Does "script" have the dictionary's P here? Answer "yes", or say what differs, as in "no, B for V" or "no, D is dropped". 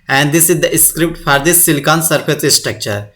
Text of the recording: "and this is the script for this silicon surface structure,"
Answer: yes